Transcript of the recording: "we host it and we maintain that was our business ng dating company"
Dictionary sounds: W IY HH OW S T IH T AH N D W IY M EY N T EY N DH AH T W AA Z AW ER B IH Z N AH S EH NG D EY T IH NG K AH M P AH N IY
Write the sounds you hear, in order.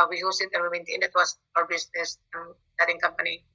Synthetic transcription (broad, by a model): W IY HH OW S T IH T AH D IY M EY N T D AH T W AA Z AW ER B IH S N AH S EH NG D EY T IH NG K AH M P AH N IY